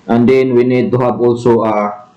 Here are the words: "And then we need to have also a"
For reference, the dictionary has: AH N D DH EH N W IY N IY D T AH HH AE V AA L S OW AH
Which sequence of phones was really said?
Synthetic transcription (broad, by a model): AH N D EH N W IY N IY D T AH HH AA B AA L S OW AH